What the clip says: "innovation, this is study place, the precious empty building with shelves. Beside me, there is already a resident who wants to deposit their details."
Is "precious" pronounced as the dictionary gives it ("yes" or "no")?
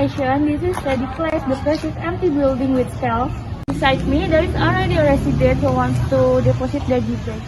no